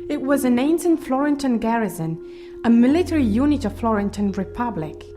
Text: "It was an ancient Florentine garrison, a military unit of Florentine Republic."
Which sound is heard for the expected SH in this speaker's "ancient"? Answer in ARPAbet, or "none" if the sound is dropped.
S